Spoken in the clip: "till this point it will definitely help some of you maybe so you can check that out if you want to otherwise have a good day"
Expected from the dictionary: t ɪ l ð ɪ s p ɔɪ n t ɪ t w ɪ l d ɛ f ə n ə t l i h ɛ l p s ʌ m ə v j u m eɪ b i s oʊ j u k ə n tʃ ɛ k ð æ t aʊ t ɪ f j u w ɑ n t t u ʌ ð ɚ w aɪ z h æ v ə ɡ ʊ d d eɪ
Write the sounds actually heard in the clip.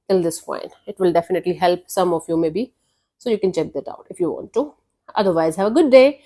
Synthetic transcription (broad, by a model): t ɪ l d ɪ s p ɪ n ɪ t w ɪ l d ɛ f ə n ə t l i h ɛ l p s ʌ m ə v j u m eɪ b i s oʊ j u k ə n tʃ ɛ k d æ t aʊ t ɪ f j u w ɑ n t t u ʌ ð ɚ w aɪ z h æ v ə ɡ ʊ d d eɪ